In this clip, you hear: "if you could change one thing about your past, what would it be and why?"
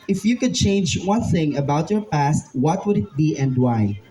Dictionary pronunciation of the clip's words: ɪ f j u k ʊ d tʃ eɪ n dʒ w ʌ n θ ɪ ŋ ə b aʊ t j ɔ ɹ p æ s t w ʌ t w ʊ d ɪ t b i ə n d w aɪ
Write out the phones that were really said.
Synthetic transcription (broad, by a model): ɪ f j u k ʊ d tʃ eɪ n dʒ w ʌ n θ ɪ ŋ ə b aʊ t j ɔ ɹ p æ s t w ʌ t w ʊ d ɪ t b i ə n d w aɪ